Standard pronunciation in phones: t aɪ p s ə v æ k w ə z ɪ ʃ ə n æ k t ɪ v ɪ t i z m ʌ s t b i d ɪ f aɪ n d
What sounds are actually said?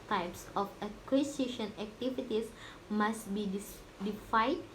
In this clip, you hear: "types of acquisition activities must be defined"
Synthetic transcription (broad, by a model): t aɪ p s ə f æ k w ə s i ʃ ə n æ k t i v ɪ t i s m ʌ s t b i d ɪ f aɪ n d